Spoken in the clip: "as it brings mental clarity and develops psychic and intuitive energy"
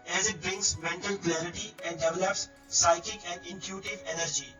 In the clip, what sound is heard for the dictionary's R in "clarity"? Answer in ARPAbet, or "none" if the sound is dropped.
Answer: R